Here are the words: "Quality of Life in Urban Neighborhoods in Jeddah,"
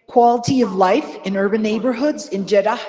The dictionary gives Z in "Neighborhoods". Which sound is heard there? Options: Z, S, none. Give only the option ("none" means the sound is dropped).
Z